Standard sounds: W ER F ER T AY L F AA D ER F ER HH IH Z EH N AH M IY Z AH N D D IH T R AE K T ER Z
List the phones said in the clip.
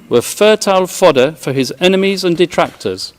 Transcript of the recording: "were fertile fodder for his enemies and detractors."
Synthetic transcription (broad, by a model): W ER F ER T AY L F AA D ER F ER IH Z EH N AH M IY Z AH N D D IH T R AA K T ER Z